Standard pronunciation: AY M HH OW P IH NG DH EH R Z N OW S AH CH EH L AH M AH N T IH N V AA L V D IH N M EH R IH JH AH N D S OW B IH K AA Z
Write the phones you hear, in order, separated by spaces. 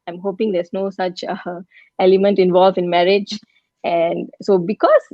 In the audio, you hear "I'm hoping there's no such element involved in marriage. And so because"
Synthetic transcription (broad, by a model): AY M HH OW P IH NG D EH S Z N OW S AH CH EH L AH M AH N T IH N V AA L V IH N M EH R IH JH AH N D S OW B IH K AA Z